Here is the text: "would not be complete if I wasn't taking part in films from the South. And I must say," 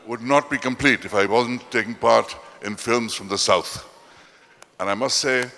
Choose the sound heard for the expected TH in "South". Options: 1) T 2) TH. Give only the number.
2